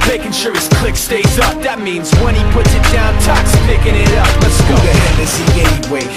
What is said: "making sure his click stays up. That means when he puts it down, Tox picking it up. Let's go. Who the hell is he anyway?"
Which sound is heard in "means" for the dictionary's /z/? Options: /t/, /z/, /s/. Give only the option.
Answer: /z/